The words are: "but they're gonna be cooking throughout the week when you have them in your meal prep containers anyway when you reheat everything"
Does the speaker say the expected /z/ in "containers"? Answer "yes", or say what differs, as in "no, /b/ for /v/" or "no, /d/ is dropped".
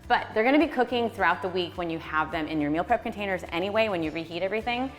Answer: yes